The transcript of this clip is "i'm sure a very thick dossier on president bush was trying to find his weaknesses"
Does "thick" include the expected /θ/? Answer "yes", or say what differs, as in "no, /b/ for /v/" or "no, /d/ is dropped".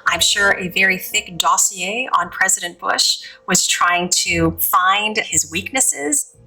yes